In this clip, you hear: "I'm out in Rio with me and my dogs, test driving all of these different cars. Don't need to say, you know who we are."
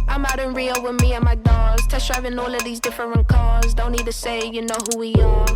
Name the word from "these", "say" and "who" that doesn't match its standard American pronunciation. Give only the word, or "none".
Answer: none